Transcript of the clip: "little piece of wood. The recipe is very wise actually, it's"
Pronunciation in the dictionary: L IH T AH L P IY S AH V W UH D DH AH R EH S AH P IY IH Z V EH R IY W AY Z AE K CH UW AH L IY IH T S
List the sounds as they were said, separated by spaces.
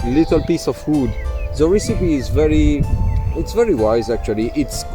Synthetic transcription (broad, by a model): L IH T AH L P IY S AH V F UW D DH AH R EH S AH P IY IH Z V EH R IY W AY Z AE K CH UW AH L IY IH T S